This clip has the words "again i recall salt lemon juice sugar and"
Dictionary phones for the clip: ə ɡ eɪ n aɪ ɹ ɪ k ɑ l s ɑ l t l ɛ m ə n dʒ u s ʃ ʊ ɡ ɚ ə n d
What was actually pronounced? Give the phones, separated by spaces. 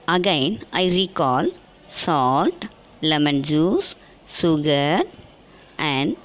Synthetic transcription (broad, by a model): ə ɡ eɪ n aɪ ɹ ɪ k ɑ l s ɑ l t l ɛ m ə n dʒ u s s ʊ ɡ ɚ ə n d